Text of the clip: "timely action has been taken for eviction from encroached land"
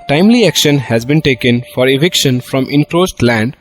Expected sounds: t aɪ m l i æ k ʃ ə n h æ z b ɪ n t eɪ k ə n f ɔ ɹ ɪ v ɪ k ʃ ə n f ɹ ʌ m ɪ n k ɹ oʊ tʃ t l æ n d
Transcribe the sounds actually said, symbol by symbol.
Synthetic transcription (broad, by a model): t aɪ m l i æ k ʃ ə n h æ z b ɪ n t eɪ k ə n f ɔ ɹ ɪ v ɪ k ʃ ə n f ɹ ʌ m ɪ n k ɹ oʊ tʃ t l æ n d